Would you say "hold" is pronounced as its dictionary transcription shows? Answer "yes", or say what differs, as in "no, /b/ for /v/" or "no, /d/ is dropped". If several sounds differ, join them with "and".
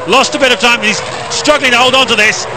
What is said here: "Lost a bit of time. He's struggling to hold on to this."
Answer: yes